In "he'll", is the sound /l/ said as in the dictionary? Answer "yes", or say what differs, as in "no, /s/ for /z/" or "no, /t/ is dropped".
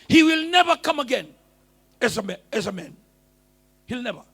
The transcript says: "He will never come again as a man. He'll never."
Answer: yes